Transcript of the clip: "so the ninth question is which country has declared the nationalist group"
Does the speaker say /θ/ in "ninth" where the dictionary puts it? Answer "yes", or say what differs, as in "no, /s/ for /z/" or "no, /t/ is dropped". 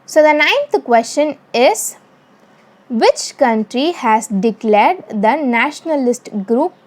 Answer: no, /t/ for /θ/